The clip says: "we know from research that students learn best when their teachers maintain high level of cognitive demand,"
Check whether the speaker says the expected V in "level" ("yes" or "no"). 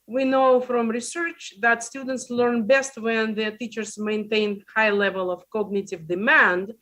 yes